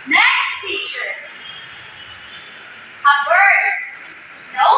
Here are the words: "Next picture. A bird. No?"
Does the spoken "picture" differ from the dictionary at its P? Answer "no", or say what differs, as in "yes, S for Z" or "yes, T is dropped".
yes, F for P